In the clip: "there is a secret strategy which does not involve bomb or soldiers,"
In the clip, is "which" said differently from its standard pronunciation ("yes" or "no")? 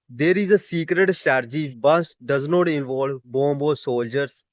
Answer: yes